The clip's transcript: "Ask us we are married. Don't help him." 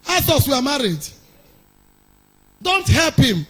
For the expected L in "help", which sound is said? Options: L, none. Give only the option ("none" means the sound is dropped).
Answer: L